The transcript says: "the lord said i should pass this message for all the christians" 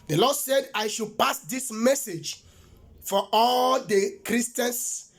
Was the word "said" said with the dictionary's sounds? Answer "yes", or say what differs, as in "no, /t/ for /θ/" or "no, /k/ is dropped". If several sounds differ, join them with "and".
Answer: yes